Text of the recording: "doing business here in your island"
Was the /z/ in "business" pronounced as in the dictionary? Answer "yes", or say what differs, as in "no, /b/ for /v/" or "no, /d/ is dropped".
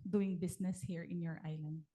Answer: no, /s/ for /z/